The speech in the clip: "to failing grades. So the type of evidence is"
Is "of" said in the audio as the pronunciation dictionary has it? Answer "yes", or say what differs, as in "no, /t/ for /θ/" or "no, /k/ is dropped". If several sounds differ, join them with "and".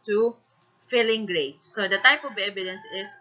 no, /b/ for /v/